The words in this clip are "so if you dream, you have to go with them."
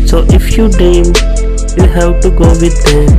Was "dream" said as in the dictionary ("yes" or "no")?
no